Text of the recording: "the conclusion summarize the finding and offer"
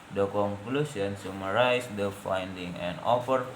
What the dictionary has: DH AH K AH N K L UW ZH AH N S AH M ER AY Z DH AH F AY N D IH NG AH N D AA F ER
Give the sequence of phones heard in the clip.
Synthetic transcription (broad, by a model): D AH K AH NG K L UW S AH N S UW M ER AY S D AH F AY N D IH NG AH N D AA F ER